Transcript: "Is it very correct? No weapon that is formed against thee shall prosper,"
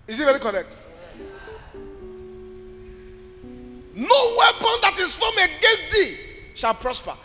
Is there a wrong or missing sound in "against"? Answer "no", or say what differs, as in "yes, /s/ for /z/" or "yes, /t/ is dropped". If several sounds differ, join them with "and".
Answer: yes, /n/ is dropped